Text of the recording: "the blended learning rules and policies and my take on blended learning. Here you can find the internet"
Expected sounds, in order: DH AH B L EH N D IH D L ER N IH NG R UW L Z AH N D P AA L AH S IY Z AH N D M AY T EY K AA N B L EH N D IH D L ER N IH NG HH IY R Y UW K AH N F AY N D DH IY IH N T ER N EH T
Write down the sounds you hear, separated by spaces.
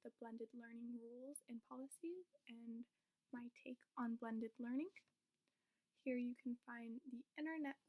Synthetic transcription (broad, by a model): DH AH B L EH N D IH D L ER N IH NG R UW L Z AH N P AA L AH S IY Z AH N M AY T EY K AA N B L EH N D IH D L ER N IH NG HH IY R Y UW K N F AY N DH IY IH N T ER N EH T